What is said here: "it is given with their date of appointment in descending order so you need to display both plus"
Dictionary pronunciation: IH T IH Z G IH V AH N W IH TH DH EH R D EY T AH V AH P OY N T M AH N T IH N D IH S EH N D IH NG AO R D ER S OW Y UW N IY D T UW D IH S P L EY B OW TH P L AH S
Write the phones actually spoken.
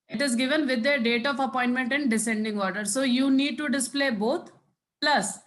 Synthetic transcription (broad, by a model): IH T IH Z G IH V AH N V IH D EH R D EY T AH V AH P OY N T M AH N T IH N D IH S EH N D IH NG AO R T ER S OW Y UW N IY D T UW D IH S P L EY B OW T P L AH S